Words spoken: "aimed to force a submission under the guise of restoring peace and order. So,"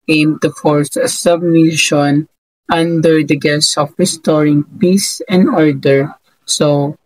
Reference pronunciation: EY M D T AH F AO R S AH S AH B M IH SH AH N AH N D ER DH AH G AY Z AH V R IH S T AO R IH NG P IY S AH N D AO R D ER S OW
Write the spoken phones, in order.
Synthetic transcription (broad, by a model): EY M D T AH F AO R S AH S AH B M IH SH AH N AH N D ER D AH G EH S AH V R IH S T AO R IH NG P IY S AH N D AO R D ER S OW